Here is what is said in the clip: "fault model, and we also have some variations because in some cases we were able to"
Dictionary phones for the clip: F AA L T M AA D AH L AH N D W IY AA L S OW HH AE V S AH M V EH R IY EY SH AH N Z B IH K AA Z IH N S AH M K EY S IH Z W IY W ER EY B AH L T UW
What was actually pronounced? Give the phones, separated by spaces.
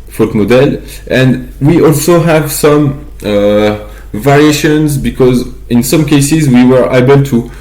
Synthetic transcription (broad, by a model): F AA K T M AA D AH L AH N D W IY AA L S OW HH AE V S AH M V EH R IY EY SH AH N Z B IH K AA Z IH N S AH M K EY S IH Z W IY W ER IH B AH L T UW